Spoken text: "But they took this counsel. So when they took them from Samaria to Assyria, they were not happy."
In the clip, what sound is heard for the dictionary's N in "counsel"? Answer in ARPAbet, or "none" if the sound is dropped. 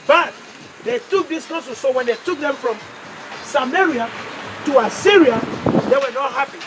none